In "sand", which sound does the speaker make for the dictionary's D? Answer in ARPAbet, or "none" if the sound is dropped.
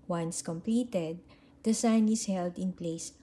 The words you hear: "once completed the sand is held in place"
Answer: none